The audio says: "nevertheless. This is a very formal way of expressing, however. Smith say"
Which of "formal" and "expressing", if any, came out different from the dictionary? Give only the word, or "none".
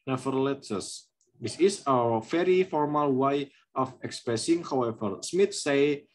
none